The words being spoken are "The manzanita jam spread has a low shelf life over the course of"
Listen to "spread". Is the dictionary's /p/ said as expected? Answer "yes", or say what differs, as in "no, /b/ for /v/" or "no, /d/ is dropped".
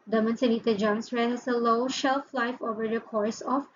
no, /p/ is dropped